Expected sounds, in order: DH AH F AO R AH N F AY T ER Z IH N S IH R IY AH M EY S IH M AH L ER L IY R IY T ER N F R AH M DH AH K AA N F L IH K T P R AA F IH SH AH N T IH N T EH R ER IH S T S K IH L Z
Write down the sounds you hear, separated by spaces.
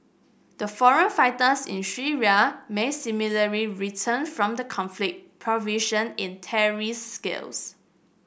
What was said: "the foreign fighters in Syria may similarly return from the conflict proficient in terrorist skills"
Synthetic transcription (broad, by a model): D AH F AO R AH N F AY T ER S IH N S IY R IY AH M EY S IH M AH L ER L IY R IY T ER N F R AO M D AH K AA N F L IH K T P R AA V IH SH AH N IH N T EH R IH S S K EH L S